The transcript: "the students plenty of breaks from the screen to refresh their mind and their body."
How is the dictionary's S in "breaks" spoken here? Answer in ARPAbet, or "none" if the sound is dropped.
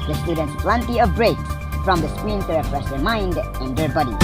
none